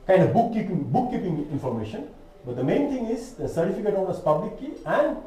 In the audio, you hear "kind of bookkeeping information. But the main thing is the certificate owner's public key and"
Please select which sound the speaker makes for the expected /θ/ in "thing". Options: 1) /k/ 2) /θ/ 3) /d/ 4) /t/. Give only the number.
4